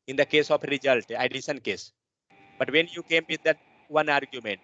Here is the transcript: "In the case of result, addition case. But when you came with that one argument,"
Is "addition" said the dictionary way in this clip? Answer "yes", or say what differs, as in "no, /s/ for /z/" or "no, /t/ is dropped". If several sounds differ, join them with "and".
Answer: no, /s/ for /ʃ/